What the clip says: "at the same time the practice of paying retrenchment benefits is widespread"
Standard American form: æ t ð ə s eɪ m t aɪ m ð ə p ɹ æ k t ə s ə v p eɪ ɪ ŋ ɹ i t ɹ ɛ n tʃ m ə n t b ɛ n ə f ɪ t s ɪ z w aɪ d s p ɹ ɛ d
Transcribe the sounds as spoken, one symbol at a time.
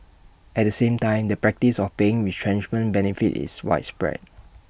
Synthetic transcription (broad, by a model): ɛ t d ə s eɪ m t aɪ m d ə p ɹ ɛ k t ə s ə f p eɪ ɪ ŋ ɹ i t ɹ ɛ n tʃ m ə n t b ɛ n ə f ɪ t ɪ s w aɪ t s p ɹ ɛ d